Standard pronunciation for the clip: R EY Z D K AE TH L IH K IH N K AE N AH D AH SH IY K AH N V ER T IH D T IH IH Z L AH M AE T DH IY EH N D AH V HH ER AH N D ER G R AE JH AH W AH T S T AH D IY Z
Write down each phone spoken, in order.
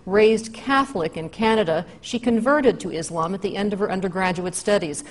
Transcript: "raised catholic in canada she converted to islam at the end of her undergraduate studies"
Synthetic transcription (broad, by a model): R EY Z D K AE TH L IH K IH N K AE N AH D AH SH IY K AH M V ER T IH D T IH IH Z L AH M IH T DH IY EH N D AH V ER AH N D ER G R AE JH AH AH T S T AH D IY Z